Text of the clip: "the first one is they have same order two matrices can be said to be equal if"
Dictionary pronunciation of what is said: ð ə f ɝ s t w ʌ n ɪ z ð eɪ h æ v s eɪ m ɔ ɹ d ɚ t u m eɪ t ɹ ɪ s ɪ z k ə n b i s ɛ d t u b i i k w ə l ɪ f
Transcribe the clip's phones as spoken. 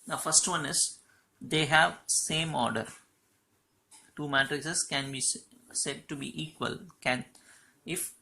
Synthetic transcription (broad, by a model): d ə f ɝ s t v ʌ n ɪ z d eɪ h æ v s eɪ m ɔ ɹ d ɚ t u m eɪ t ɹ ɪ s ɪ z k ə n b i s ɛ d t u b i i k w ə l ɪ f